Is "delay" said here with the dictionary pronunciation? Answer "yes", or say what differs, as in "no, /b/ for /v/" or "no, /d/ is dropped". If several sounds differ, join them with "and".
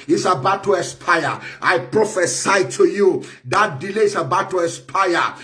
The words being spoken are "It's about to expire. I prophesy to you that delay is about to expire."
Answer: yes